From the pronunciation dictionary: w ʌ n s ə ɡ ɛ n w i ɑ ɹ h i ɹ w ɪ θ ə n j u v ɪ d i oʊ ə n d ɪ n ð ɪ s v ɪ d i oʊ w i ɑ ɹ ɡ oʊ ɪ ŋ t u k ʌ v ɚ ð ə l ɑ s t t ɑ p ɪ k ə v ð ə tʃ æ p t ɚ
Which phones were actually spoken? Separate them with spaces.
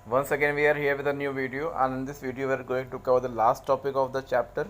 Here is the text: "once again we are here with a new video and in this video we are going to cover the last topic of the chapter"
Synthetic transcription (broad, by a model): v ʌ n s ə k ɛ n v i ɑ ɹ h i ɹ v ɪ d ə n j u v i d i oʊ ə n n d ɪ s v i d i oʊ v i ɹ ɡ oʊ ɪ ŋ t u k ʌ v ɚ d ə l ɑ s t t ɑ p ɪ k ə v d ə tʃ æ p t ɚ